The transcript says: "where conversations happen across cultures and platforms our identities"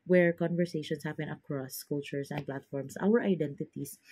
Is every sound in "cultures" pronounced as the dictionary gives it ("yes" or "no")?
no